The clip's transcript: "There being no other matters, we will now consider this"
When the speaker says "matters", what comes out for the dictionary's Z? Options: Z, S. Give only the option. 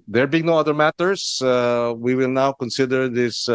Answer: S